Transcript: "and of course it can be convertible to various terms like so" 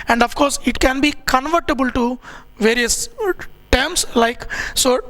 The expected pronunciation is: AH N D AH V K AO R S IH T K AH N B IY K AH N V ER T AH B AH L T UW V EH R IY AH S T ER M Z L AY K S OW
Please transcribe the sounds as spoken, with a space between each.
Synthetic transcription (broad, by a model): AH N D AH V K AO R S IH T K AH N B IY K AH N V ER T AH B AH L T UW V EH R IY AH S T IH M S L AY K S OW